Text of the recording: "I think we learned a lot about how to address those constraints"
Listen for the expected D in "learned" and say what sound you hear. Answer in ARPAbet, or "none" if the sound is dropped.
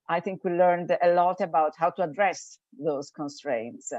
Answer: D